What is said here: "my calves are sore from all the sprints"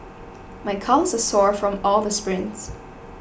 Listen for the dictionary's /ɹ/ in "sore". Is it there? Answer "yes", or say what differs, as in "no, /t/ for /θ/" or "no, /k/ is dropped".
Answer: yes